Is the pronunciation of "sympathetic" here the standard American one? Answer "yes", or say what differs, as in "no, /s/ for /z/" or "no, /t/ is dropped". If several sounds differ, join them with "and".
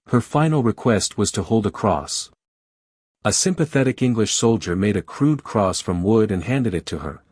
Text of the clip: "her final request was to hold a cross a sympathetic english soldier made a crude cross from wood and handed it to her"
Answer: yes